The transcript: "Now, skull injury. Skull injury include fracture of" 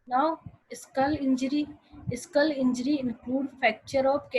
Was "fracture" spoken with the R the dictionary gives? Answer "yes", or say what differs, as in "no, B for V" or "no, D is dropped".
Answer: no, R is dropped